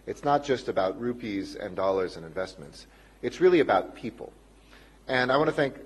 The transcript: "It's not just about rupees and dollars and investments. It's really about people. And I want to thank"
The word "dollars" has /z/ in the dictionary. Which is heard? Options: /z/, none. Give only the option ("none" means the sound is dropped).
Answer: /z/